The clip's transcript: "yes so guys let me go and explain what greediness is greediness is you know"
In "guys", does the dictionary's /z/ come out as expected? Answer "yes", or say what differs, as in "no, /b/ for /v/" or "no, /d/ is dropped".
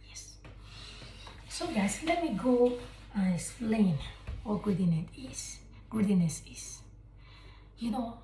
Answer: no, /s/ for /z/